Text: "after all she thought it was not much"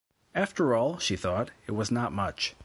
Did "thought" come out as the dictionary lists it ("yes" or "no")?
yes